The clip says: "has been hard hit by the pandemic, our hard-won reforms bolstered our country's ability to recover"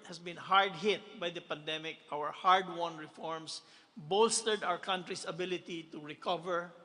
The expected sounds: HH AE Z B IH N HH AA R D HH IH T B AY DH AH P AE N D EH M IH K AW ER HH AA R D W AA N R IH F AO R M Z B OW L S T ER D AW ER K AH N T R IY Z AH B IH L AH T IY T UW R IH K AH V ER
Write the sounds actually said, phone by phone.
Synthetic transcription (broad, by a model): HH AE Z B IH N HH AA R D HH IH T B AY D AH P AE N D EH M IH K AW ER HH AA R D W AA N R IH F AO R M S B OW L S T ER D AW ER K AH N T R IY S AH B IH L AH T IY T UW R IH K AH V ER